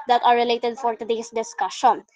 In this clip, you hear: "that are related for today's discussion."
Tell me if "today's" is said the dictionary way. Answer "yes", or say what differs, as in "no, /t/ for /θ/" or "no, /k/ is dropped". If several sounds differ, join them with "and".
no, /s/ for /z/